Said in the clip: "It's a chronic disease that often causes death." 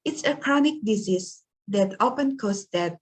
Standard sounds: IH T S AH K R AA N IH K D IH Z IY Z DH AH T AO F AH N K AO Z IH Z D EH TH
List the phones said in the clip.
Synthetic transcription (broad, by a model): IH T S AH K R AA N IH K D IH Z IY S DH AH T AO P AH N K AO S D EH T